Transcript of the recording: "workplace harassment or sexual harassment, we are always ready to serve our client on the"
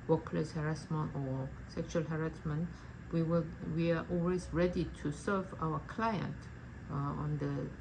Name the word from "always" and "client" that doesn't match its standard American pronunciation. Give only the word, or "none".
none